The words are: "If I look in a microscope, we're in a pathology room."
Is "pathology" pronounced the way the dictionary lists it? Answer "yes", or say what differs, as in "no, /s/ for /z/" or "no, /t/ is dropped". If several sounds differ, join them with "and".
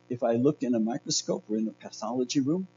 yes